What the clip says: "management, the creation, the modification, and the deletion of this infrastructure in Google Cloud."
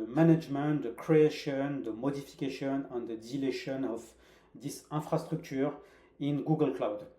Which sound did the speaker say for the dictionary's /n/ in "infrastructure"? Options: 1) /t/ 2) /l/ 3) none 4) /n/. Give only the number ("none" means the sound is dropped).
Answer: 3